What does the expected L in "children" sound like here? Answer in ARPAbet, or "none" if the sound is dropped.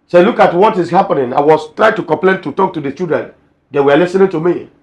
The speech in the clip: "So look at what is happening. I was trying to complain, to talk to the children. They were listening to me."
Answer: none